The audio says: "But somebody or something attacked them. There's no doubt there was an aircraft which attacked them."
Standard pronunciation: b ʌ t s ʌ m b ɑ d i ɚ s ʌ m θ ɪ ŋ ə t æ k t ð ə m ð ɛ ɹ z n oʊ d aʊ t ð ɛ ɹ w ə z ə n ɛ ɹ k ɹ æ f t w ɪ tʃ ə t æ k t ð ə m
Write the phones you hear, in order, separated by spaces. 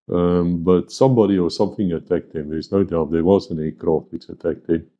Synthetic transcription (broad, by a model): b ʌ t s ʌ m b ɑ d i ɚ s ʌ m θ ɪ ŋ ə t æ k t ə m ð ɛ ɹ z n oʊ d aʊ t ð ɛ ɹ w ə z ə n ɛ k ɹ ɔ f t w ɪ tʃ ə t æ k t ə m